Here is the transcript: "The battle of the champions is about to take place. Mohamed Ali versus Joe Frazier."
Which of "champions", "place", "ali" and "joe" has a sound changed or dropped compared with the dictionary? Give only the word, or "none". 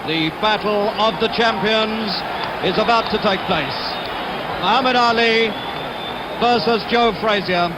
none